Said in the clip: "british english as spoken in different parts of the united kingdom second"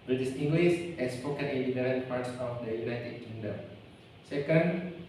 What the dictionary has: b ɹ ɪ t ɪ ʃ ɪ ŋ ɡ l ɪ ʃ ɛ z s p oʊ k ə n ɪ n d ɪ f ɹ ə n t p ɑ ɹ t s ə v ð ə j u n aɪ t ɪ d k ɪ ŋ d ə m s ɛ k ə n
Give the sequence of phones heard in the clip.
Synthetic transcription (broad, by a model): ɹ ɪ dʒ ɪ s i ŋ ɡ l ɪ s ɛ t s p oʊ k ə n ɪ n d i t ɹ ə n p ɑ ɹ t s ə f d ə j u n aɪ t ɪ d k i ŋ d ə m s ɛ k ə n